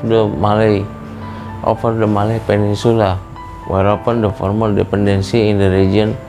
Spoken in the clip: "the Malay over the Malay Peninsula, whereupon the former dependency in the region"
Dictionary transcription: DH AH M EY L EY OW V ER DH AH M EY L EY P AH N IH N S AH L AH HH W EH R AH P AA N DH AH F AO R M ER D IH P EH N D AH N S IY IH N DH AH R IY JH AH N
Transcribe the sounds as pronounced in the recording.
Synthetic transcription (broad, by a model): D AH M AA L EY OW F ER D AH M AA L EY P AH N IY N S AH L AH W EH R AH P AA N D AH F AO R M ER D IH P EH N D AH N S IY N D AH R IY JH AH N